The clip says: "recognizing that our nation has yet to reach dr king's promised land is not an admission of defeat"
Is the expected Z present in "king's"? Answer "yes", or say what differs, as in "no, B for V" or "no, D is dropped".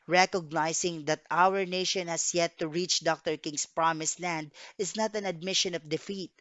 no, S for Z